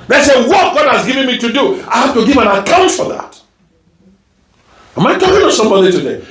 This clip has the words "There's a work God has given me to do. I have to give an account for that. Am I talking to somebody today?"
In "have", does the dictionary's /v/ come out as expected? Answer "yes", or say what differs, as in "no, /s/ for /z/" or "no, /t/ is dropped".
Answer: no, /f/ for /v/